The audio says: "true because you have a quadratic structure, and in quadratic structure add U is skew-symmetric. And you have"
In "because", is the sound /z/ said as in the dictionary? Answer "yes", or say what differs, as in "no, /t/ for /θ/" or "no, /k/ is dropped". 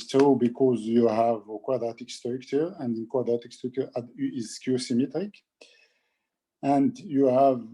yes